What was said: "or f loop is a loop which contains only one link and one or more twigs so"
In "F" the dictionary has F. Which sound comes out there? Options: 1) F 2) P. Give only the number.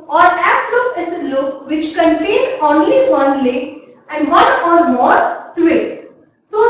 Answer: 2